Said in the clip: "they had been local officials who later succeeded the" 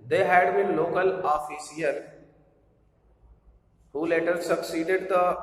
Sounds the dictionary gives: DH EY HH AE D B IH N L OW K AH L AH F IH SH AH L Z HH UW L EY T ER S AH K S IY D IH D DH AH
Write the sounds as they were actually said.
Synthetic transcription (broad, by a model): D EY HH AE D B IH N L OW K AH L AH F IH S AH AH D HH UW L EY T ER S AH K S IY D IH D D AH